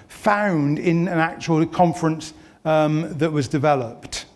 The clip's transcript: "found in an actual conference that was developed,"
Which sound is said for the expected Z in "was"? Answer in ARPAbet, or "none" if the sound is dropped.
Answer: Z